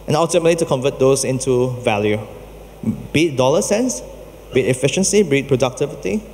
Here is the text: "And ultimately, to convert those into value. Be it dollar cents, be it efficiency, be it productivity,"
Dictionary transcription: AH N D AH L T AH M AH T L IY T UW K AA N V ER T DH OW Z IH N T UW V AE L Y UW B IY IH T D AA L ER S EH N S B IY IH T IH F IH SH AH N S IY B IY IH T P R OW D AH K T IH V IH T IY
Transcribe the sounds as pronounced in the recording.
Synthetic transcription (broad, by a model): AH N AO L T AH M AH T L IY T UW K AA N V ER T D OW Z IH N T UW V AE L Y UW B IY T D AA L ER S EH N S B IY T IH F IH SH AH N S IY B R IH T P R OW D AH K T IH V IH T IY